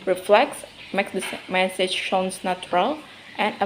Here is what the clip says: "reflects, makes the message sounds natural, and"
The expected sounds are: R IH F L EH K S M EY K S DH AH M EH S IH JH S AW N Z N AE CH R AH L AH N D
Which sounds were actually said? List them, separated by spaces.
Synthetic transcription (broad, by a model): R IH F L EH K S M EY K S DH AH M EH S IH JH SH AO N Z N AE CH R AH L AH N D